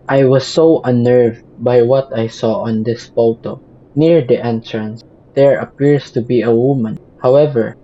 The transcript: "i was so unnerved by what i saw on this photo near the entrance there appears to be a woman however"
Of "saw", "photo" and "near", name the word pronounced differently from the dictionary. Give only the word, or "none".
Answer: photo